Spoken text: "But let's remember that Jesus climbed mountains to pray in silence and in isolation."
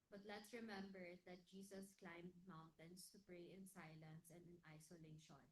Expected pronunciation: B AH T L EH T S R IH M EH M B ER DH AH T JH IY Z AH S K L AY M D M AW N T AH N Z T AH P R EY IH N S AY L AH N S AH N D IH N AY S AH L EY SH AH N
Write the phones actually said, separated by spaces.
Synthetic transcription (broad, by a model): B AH T L EH T S R IH M EH M B ER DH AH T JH IY S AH S K L AY M D M AW N T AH N S T AH P R EY IH N S AY L AH N S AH N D IH N AY S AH L EY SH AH N